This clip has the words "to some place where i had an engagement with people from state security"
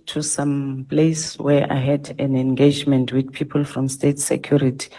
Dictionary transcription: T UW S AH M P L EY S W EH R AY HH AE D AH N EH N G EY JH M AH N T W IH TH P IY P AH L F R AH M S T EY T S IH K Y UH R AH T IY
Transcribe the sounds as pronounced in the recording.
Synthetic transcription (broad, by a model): T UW S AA M P L EY S W EH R AY HH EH D AH N EH N G EY JH M AH N T W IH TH P IY P AH L F R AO M S T EY T S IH K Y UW R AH T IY